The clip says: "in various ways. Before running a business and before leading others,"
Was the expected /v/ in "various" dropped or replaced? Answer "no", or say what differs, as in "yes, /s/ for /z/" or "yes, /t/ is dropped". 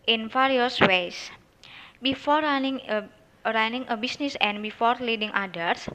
yes, /f/ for /v/